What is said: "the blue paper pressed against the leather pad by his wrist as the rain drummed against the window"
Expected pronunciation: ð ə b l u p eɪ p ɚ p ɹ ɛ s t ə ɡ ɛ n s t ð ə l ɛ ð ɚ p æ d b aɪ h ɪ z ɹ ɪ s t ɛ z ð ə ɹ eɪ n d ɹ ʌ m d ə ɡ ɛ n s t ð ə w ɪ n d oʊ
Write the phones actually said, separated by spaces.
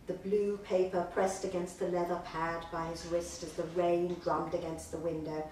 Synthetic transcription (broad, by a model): ð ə b l u p eɪ p ɚ p ɹ ɛ s t ə ɡ ɛ n s t ð ə l ɛ ð ɚ p æ d b aɪ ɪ z ɹ ɪ s t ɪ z ð ə ɹ eɪ n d ɹ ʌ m d ə ɡ ɛ n s t ð ə w ɪ n d oʊ